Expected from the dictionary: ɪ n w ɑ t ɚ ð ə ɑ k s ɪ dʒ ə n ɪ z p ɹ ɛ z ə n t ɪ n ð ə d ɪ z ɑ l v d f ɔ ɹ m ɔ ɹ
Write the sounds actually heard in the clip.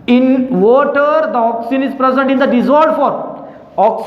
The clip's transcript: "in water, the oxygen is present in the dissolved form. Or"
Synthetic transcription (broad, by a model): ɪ n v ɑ t ɚ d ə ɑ k s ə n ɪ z p ɹ ɛ z ə n t ɪ n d ə d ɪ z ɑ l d f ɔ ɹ ɔ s